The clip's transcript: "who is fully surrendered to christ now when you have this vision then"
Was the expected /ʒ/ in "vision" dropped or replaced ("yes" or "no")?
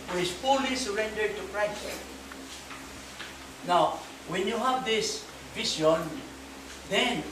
yes